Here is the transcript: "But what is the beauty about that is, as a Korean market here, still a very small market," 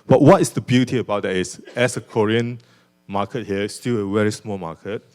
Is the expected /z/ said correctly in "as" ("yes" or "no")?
no